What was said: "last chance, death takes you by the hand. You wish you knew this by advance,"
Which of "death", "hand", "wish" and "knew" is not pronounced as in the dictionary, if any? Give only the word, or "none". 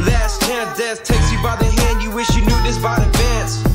death